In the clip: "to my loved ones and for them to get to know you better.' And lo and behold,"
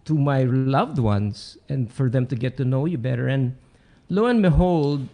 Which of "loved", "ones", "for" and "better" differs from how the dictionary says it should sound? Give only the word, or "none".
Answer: ones